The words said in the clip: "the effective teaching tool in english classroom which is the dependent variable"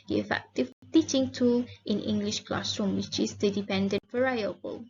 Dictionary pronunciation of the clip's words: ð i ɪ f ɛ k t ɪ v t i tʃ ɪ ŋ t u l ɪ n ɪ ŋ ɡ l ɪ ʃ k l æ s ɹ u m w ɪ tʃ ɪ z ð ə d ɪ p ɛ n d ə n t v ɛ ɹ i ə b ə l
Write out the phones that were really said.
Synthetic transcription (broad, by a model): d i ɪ f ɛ k t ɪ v t i tʃ ɪ ŋ t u l ɪ n ɪ ŋ ɡ l ɪ ʃ k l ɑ s ɹ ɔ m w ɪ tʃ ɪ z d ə d ɪ p ɛ n d ə n t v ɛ ɹ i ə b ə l